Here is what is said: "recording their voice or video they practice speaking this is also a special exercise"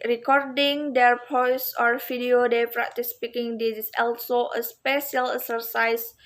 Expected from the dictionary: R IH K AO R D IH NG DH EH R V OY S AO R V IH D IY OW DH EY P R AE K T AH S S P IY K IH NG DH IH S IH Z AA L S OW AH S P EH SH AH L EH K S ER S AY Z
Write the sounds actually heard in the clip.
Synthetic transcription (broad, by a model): R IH K AO R D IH NG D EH R P OY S AO R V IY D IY OW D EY P R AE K T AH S S P IY K IH NG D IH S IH S AA L S OW AH S P EH SH AH L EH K S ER S AY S